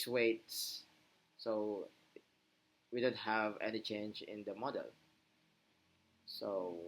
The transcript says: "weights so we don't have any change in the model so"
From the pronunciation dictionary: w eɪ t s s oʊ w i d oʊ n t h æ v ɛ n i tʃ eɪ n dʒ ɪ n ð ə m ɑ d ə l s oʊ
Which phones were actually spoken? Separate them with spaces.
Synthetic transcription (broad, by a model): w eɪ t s s oʊ w i d oʊ n t h æ v ɛ n i tʃ eɪ n dʒ ɪ n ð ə m ɑ d ə l s oʊ